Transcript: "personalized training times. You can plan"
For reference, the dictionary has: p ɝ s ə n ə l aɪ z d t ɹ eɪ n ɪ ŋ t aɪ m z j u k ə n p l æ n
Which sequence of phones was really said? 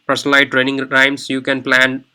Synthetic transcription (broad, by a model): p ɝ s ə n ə l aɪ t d t ɹ eɪ n ɪ ŋ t aɪ m s j u k ə n p l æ n